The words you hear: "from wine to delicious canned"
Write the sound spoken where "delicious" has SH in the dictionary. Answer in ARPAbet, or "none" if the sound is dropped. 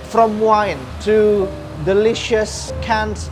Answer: SH